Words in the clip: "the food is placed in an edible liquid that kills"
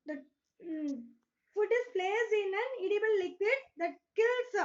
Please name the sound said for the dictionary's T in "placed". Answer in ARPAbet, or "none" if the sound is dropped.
none